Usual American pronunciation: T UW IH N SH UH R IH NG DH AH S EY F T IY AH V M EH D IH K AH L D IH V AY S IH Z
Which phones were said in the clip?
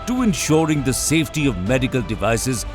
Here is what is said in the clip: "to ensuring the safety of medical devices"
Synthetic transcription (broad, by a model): T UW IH N SH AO R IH NG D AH S EY F T IY AH V M EH D IH K AH L D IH V AY S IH Z